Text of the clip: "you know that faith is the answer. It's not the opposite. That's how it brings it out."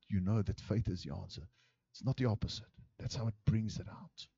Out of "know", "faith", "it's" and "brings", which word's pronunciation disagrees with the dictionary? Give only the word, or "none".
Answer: none